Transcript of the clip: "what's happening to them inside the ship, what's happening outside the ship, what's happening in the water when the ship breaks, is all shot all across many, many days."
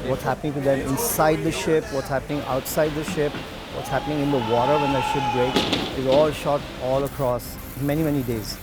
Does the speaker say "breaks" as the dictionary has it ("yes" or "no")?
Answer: no